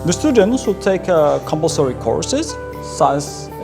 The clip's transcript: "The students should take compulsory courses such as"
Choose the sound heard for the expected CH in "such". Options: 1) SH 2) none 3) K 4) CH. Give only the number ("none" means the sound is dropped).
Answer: 2